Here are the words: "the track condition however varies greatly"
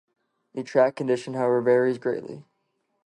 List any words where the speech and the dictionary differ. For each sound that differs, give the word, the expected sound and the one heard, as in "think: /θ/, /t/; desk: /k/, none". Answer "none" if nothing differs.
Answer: none